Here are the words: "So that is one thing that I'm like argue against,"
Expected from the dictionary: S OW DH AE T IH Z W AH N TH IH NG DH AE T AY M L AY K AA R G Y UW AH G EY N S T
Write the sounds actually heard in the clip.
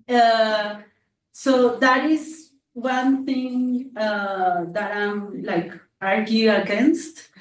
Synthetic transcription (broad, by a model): S OW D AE T IH Z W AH N T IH NG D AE T AY M L AY K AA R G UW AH G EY N S T